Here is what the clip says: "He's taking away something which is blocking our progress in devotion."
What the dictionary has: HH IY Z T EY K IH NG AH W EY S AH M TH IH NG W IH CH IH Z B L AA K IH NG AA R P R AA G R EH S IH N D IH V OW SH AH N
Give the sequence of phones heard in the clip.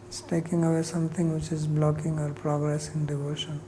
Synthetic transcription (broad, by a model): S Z T EY K IH NG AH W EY S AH M T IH NG W IH CH IH Z B L AA K IH NG AA R P R AA G R EH S IH N D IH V OW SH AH N